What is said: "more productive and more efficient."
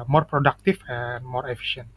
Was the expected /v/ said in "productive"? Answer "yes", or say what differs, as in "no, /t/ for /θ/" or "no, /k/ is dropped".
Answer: no, /f/ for /v/